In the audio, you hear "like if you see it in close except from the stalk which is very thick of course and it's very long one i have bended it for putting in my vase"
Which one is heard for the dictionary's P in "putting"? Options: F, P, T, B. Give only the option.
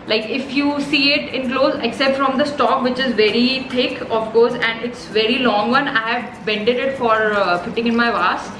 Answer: F